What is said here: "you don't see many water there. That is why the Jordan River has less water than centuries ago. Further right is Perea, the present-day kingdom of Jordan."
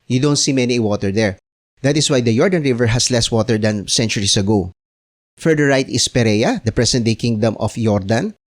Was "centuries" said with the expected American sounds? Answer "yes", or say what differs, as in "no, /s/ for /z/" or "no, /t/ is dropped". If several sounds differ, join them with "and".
no, /s/ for /z/